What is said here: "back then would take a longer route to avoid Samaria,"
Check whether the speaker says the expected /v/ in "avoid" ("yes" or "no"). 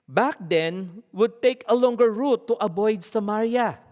no